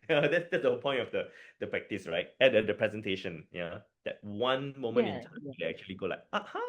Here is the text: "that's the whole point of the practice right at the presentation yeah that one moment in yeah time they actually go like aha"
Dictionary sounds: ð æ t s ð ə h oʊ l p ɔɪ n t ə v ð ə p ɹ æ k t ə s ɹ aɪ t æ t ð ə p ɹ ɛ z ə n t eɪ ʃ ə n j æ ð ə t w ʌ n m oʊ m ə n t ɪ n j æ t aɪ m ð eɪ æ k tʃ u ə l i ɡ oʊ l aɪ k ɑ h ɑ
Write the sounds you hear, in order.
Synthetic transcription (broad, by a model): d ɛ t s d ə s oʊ p ɔɪ n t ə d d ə p ɹ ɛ k t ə s ɹ aɪ t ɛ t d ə p ɹ ɛ z ə n t eɪ ʃ ə n j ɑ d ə t w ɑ n m oʊ m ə n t ɪ n t aɪ m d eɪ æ k tʃ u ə l i ɡ oʊ l aɪ k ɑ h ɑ